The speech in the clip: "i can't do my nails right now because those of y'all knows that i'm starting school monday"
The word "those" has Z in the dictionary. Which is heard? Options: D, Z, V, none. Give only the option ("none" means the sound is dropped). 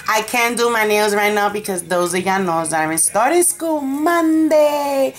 Z